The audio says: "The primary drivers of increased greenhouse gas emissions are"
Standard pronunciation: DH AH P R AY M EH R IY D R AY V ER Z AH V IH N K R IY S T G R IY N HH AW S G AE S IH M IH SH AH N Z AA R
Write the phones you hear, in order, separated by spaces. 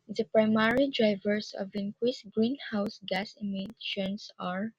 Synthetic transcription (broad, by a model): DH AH P R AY M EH R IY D R AY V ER S AH V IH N K W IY S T G R IY N HH AW S G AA S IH M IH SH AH N S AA R